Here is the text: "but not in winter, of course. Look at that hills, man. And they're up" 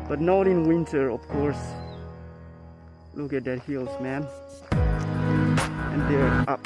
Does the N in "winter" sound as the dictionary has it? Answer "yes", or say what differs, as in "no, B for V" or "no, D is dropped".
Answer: yes